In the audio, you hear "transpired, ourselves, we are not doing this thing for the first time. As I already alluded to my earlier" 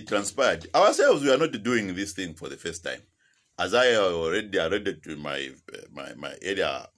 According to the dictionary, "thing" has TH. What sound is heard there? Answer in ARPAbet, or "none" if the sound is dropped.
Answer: TH